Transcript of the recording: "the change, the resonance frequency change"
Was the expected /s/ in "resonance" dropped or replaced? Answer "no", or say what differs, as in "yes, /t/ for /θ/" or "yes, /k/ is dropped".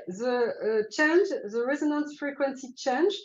no